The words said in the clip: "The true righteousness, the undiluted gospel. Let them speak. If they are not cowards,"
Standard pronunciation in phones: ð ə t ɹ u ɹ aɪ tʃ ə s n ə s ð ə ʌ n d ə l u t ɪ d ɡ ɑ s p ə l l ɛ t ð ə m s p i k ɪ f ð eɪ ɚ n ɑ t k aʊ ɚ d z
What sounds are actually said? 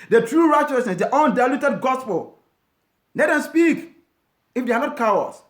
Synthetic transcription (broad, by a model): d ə t ɹ u ɹ aɪ tʃ ə s n ə s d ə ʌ n d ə l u t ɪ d ɡ ɑ s p ə l n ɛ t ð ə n s p i k ɪ f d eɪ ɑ n ɑ t k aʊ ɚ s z